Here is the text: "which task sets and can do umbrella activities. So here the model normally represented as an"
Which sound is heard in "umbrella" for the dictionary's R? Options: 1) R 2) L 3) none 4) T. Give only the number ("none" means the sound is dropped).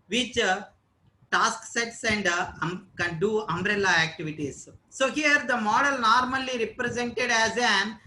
1